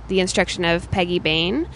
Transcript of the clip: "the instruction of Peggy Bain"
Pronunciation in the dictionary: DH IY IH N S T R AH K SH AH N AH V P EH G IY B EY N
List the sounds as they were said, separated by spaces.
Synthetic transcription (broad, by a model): DH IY IH N S T R AH K SH AH N AH V P EH G IY B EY N